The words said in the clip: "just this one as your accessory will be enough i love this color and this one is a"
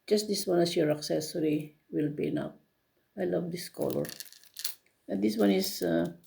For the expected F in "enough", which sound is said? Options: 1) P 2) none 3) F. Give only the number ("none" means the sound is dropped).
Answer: 1